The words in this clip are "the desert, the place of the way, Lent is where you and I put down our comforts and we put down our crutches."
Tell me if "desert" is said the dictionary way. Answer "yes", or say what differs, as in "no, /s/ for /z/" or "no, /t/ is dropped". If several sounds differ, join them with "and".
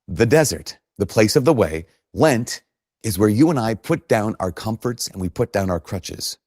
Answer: yes